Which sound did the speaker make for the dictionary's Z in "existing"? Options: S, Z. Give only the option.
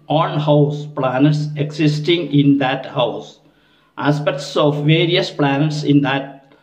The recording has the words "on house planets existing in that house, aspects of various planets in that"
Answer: S